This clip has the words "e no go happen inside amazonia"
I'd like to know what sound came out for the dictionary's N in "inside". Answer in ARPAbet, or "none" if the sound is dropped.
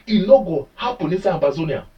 none